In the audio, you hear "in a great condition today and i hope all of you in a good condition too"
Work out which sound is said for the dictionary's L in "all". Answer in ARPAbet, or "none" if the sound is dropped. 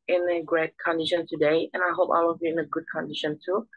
W